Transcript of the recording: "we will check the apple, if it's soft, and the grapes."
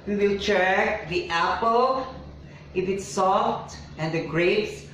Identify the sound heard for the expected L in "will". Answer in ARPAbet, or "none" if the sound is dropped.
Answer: L